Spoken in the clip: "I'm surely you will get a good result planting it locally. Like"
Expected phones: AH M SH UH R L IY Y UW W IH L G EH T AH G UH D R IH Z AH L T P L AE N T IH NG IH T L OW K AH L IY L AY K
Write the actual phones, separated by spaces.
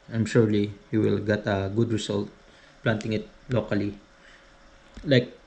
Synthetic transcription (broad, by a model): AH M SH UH R L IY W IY W IH L G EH T AH G UH D R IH S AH L T P L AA N T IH NG IH T L OW K AH L IY L AY K